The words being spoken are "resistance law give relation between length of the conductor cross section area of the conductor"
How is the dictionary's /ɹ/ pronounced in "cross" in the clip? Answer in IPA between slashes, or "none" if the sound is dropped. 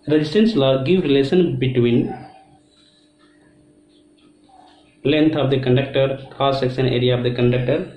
none